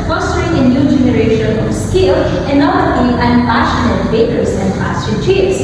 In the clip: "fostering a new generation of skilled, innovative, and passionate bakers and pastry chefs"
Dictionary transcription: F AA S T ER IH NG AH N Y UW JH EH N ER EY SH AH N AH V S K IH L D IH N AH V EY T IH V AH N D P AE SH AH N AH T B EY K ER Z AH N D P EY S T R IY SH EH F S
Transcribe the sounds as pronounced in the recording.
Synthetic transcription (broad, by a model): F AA S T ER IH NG AH N Y UW JH EH N ER EY SH AH N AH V S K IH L IH N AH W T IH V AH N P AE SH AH N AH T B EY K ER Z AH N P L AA S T IY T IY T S